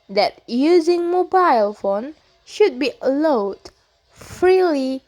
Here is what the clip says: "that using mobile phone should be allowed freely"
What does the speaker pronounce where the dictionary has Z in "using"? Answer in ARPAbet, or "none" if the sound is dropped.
Z